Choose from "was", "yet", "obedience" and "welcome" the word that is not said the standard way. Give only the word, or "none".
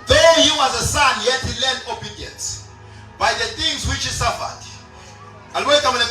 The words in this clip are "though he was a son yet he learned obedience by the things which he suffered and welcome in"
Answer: welcome